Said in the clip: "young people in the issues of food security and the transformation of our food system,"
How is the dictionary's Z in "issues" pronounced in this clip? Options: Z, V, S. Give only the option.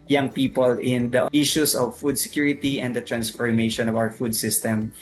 S